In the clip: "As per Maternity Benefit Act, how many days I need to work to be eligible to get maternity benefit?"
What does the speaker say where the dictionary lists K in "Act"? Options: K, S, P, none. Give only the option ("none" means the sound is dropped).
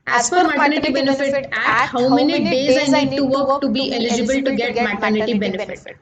none